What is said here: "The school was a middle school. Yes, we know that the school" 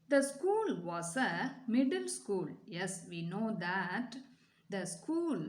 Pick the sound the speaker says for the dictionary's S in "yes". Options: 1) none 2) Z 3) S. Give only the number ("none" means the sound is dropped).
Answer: 3